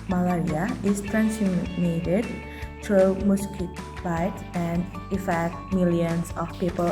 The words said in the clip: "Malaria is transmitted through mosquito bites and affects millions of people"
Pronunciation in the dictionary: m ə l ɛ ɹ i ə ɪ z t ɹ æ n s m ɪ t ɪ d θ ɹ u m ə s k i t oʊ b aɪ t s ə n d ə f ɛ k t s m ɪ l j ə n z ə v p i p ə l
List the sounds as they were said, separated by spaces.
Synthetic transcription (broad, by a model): m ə l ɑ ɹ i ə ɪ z t ɹ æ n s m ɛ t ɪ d t ɹ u m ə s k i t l aɪ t ə n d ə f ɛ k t m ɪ l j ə n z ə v p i p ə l